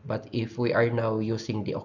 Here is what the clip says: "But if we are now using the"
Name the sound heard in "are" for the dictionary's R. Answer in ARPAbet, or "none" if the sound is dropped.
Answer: R